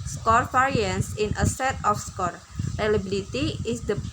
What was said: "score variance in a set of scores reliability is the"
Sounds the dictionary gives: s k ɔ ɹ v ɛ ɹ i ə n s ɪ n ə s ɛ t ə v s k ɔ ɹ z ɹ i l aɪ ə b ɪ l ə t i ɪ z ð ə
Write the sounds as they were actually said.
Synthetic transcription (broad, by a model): s k ɔ ɹ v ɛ ɹ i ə n s ɪ n ə s ɛ t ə f s k ɔ ɹ ɹ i l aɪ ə b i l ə t i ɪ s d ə